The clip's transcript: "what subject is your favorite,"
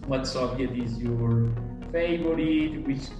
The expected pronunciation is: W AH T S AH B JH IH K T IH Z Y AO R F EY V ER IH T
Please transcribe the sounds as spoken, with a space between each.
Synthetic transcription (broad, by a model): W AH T S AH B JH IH T IH Z Y AO R F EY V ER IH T